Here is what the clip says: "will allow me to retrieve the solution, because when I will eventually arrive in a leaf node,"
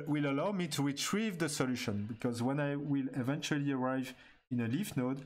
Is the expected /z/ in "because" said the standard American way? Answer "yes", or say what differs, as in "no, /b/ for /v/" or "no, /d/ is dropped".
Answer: yes